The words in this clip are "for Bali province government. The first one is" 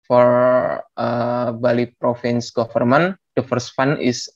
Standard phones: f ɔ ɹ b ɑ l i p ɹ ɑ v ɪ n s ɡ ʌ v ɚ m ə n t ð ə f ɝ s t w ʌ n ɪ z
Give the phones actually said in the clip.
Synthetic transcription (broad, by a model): f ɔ ɹ b ɑ l i p ɹ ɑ f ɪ n s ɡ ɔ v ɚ m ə n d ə f ɝ s t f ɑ n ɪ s